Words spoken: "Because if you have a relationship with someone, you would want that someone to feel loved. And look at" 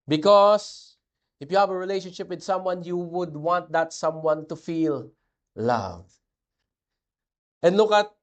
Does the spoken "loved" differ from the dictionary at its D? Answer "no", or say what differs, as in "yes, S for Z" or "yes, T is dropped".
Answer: yes, D is dropped